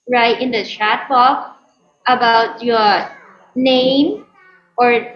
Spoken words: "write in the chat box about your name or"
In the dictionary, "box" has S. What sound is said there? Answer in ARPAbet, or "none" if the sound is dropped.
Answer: none